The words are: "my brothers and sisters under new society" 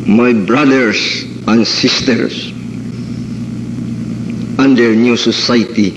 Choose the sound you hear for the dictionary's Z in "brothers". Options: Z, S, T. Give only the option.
S